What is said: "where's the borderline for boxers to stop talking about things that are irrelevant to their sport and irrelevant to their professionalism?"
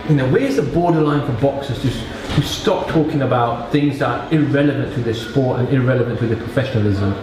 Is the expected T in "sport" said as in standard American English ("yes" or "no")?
yes